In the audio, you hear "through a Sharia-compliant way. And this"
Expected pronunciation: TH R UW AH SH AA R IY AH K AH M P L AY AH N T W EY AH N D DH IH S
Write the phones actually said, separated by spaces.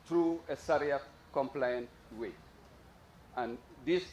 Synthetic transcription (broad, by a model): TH R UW AH S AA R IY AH K AH M P L AY AH N T W EY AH N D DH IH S